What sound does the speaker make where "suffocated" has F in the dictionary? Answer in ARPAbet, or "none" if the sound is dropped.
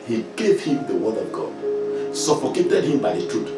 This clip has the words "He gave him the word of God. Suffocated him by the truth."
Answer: P